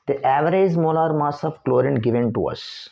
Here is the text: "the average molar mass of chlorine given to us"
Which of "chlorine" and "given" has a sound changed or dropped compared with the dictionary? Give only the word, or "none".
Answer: none